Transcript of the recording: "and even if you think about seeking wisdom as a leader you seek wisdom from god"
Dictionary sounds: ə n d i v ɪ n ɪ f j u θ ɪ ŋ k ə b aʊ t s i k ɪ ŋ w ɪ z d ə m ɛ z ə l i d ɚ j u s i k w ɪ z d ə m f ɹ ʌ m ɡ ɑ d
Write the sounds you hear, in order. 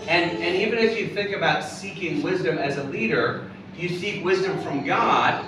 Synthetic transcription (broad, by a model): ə n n i v ɪ n ɪ f j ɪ θ ɪ ŋ k ə b aʊ t s i k ɪ ŋ w ɪ z d ə m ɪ z ə l i d ɚ j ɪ s i k w ɪ z d ə m f ɹ ʌ m ɡ ɑ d